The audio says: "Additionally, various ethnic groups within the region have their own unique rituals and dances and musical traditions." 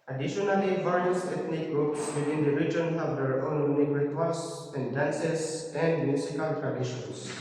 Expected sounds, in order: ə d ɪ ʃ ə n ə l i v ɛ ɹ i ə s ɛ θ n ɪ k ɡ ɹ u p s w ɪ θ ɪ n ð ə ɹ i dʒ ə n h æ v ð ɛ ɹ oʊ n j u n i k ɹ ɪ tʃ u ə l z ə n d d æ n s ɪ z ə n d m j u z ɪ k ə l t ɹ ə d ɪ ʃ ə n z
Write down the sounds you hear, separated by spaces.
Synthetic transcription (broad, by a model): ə d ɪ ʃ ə n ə l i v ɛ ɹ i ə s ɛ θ n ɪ k ɡ ɹ u p s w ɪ t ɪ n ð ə ɹ i dʒ ə n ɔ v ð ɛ ɹ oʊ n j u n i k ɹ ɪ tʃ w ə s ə n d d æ n s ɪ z ə n d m j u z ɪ k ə l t ɹ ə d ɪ ʃ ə n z